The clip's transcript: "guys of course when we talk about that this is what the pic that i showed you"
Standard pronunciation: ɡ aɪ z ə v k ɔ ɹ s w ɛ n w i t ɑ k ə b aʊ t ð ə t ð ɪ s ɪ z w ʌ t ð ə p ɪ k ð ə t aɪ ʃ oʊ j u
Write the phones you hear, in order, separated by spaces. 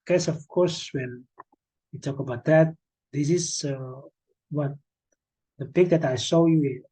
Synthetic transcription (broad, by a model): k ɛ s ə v k ɔ ɹ s w ɛ n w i t ɑ k ə b aʊ t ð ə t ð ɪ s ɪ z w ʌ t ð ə p ɪ k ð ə t aɪ s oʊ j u